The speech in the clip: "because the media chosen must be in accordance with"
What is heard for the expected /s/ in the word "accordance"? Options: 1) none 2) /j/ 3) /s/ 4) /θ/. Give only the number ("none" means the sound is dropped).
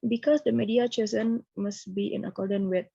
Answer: 1